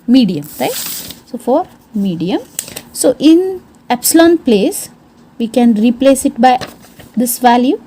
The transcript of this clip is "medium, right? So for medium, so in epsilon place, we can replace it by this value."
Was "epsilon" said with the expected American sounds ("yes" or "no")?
yes